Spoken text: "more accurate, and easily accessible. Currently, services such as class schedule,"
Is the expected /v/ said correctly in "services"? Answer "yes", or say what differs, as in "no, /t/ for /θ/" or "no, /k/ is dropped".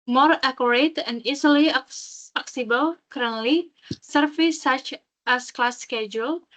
no, /f/ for /v/